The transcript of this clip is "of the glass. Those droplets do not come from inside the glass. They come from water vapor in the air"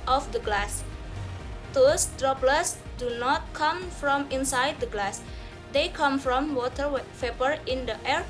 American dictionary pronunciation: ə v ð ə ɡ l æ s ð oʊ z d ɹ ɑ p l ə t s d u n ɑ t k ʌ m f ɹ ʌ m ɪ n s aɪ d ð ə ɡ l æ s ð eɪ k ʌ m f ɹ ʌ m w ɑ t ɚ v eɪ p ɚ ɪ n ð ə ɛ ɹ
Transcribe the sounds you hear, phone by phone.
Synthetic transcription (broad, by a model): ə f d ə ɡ l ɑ s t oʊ s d ɹ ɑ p l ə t s d u n ɑ t k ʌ m f ɹ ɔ m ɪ n s aɪ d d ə ɡ l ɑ s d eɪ k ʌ m f ɹ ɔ m w ɑ t ɚ p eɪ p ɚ ɪ n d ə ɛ ɹ